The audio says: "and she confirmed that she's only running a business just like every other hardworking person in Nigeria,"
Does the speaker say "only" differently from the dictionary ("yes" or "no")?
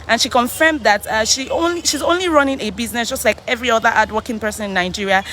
no